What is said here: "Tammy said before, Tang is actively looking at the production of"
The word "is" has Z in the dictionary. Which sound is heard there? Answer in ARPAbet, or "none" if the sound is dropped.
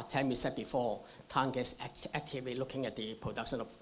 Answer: S